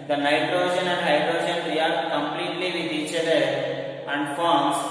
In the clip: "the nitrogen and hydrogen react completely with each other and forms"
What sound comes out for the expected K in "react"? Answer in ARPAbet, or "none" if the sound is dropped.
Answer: none